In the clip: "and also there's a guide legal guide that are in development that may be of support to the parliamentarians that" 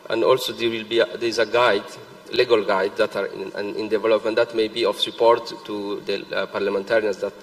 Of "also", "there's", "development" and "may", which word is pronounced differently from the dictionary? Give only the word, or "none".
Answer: there's